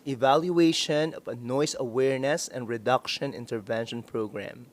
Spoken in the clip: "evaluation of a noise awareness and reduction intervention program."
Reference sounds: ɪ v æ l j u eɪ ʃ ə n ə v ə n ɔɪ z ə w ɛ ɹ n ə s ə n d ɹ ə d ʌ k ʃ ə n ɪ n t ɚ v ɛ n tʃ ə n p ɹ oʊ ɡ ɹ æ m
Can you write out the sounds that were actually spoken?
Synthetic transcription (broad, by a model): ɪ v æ l j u eɪ ʃ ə n ə v ə n ɔɪ s ə w ɛ ɹ n ə s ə n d ɹ ə d ʌ k ʃ ə n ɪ n t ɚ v ɛ n ʃ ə n p ɹ oʊ ɡ ɹ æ m